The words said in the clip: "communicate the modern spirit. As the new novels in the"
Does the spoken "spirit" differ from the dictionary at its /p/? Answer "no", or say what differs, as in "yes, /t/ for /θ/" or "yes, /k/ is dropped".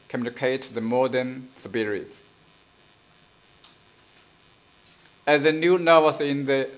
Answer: yes, /b/ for /p/